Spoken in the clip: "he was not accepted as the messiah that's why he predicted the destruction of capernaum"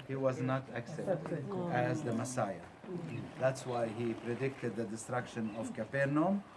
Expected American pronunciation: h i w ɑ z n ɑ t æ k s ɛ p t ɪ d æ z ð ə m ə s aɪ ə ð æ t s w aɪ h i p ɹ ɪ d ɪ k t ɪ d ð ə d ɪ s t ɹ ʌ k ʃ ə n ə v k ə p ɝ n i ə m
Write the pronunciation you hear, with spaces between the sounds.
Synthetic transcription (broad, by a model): h i w ɑ z n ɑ t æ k s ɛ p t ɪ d æ z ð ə m ə s aɪ ə ð æ t s w aɪ h i p ɹ ɪ d ɪ k t ɪ d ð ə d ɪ s t ɹ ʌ k ʃ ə n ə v k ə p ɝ n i m